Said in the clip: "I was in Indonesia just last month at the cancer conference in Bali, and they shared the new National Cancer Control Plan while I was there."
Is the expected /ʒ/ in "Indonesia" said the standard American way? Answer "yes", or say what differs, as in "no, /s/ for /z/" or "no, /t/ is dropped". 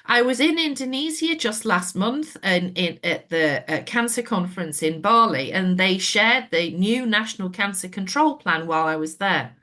no, /z/ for /ʒ/